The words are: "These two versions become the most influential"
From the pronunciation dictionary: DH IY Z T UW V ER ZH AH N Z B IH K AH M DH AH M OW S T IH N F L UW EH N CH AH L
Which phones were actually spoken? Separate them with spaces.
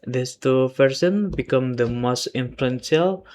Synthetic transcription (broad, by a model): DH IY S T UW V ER S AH N B IH K AH M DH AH M OW S T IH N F L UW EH N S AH L